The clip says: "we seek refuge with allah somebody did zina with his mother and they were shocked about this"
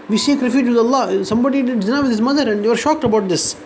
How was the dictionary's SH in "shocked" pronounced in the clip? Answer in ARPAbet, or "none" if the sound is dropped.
SH